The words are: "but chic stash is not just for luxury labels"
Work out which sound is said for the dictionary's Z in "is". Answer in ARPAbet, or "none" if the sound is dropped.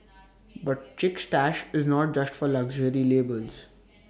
Z